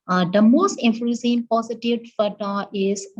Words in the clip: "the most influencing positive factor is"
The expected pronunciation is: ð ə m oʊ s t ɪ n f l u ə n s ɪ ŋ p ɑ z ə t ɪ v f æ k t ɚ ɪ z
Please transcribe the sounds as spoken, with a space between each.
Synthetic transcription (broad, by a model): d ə m oʊ s t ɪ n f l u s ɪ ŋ p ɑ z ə t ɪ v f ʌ t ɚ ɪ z